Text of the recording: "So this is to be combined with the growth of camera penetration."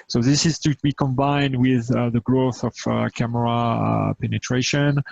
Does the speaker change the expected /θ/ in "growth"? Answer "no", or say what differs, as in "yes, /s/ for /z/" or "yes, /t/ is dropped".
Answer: no